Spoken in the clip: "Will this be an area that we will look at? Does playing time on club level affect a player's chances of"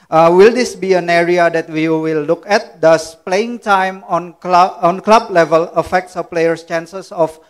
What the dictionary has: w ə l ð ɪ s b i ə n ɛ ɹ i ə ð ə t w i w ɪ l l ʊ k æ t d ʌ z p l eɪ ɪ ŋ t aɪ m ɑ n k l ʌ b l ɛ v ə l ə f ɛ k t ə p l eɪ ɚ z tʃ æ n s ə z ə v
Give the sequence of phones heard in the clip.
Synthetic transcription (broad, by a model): w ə l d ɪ s b i ə n ɛ ɹ i ə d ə t w i w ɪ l l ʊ k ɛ t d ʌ s p l eɪ ɪ ŋ t aɪ m ɑ n k l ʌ b l ɛ v ə l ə f ɛ k t ə p l eɪ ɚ s tʃ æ n s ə s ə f